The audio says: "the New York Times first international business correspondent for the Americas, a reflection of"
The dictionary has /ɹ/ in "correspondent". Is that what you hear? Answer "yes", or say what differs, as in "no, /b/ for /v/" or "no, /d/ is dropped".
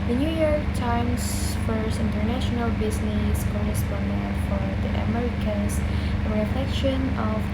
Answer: no, /ɹ/ is dropped